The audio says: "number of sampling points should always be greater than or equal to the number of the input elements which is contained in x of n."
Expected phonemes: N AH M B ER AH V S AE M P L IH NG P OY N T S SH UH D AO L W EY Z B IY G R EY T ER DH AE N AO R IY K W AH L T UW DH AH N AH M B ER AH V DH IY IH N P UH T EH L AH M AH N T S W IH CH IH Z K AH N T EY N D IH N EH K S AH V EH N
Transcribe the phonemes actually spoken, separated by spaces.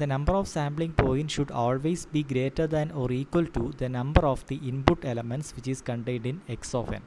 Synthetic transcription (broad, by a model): N AH M B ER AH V S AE M B L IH NG P OY N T SH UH D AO L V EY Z B IY G R EY T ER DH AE N AO R IY K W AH L T UW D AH N AH M B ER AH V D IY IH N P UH T EH L AH M AH N T S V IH CH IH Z K AH N T EY N D IH N EH K S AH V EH N